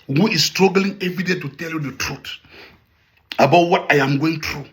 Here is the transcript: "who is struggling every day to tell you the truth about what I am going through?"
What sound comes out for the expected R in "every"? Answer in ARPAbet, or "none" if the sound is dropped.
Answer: none